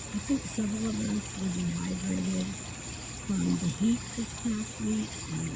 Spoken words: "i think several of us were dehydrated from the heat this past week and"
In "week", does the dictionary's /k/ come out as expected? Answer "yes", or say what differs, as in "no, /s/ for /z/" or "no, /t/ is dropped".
no, /k/ is dropped